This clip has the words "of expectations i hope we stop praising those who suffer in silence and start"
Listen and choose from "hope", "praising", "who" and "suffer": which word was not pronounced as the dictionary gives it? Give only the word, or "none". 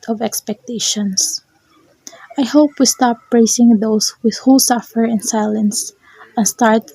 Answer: praising